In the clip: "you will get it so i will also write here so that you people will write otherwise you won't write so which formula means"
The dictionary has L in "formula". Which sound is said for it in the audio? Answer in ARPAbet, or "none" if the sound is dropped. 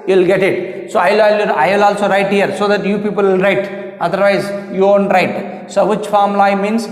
none